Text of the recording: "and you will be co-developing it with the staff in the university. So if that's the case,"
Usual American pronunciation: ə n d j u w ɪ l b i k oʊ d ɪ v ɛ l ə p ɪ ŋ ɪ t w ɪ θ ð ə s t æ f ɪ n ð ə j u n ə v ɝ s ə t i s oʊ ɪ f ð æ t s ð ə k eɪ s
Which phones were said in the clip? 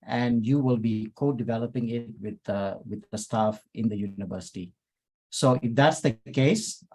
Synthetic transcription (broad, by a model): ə n d j u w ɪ l b i k oʊ d ɪ v ɛ l ə p ɪ ŋ ɪ t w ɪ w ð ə s t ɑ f ɪ n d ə j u n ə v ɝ s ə t i s oʊ ɪ f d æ t s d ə k eɪ s